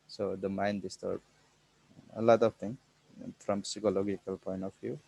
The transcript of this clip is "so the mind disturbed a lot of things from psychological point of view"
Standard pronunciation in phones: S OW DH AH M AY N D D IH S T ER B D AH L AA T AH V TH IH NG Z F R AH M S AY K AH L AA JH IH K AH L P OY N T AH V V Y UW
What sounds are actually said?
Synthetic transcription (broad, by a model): S OW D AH M AY N D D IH S T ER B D AH L AA T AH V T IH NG F R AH M S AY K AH L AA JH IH K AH L P OY N T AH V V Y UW